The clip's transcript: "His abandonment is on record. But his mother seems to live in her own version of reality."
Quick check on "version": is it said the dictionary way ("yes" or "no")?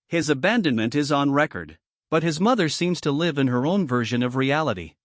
yes